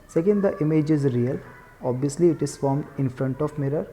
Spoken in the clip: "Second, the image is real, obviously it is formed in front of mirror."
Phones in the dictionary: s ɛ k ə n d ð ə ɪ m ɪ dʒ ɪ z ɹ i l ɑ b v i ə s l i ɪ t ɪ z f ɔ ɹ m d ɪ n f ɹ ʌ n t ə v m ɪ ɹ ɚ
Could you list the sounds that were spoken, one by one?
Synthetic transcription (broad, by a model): s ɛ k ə n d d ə ɪ m ɪ dʒ ɪ z ɹ i l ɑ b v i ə s l i ɪ t ɪ z f ɔ ɹ m d ɪ n f ɹ ʌ n t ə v m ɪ ɹ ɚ